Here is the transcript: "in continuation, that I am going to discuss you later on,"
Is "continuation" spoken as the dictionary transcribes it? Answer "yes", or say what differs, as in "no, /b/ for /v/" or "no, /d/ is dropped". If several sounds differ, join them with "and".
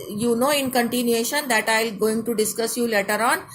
yes